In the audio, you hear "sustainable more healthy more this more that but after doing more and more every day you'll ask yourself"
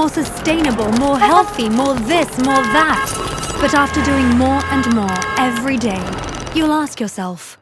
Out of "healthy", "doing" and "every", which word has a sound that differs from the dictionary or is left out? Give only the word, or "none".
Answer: none